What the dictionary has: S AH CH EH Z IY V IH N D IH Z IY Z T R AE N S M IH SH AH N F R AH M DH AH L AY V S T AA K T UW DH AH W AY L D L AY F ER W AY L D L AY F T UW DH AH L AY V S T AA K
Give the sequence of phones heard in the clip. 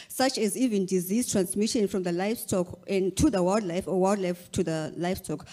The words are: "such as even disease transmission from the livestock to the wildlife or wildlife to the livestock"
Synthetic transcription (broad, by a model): S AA CH EH Z IY V IH N D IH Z IY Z T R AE N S M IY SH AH N F R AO M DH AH L AY F S T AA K T UW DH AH W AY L D L AY F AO W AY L D L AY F T UW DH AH L AY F S T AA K